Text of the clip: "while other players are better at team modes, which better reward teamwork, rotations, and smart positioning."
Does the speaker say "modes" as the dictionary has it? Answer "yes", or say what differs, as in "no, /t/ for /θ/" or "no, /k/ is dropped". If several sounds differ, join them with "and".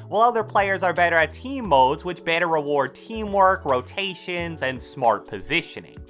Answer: yes